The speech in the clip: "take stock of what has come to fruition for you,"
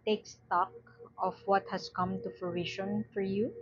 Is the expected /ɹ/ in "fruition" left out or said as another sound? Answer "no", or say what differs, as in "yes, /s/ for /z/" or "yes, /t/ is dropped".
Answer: yes, /l/ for /ɹ/